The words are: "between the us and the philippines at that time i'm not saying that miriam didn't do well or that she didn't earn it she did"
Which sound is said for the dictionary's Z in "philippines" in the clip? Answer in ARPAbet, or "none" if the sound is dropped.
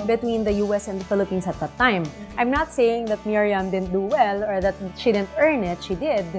S